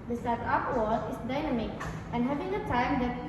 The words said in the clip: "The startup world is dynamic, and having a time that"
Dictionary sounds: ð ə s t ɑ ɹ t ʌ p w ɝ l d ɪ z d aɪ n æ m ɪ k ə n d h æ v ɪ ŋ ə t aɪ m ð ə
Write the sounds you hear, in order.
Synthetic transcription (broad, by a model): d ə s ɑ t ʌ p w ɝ d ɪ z d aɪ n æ m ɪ k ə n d h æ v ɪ ŋ ə t aɪ m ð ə